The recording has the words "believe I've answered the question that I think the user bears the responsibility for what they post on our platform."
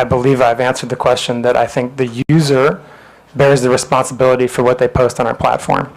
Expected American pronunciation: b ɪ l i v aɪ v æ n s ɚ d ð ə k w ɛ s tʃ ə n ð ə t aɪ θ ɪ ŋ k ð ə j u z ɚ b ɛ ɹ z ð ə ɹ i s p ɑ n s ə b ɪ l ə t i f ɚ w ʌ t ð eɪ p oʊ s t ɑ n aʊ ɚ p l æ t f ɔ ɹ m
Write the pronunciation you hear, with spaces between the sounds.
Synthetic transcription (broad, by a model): b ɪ l i v aɪ v æ n s ɚ d ð ə k w ɛ s tʃ ə n ð ə t aɪ θ ɪ ŋ k ð ə j u z ɚ b ɛ ɹ z ð ə ɹ i s p ɑ n s ə b ɪ l ə t i f ɚ w ʌ t ð eɪ p oʊ s t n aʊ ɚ p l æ t f ɔ ɹ m